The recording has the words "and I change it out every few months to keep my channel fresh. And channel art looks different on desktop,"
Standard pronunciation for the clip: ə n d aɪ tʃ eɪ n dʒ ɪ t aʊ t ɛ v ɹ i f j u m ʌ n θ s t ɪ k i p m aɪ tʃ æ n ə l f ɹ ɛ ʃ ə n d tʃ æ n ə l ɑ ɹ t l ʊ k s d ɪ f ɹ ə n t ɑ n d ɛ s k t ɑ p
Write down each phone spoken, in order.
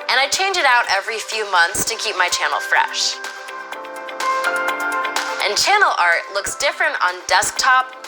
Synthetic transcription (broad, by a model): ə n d aɪ tʃ eɪ n dʒ ɪ t aʊ t ɛ v ɹ i f j u m ʌ n θ s t ɪ k i p m aɪ tʃ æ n l f ɹ ɛ ʃ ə n tʃ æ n l ɑ ɹ t l ʊ k s d ɪ f ɹ ə n t n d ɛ s k t ɑ p